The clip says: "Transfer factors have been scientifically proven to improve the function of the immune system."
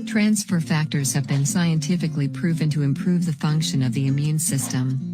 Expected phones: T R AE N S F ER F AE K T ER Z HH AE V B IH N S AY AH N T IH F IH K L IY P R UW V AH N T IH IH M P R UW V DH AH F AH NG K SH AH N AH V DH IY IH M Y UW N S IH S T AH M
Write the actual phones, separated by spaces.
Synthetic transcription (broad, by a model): T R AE N S F ER F AE K T ER Z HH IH V B IH N S AY AH N T IH F IH K L IY P R UW V AH N T IH IH M P R UW V DH AH F AH NG K SH AH N AH V DH IY IH M Y UW N S IH S T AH M